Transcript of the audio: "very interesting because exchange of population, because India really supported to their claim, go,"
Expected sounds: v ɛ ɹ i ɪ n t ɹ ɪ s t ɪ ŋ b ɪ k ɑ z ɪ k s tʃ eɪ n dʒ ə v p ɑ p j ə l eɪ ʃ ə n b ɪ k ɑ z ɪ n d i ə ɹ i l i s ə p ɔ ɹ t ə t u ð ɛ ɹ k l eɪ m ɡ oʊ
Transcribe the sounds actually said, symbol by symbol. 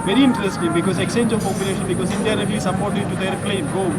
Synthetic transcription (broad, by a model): v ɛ ɹ i ɪ n t ɹ ɪ s t ɪ ŋ b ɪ k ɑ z ɪ k s tʃ eɪ n dʒ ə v p ɑ p j ə l eɪ ʃ ə n b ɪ k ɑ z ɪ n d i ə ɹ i l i s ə b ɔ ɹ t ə t u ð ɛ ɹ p l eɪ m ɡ oʊ